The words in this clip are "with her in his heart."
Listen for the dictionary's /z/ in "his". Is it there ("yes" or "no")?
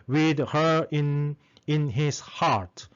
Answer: no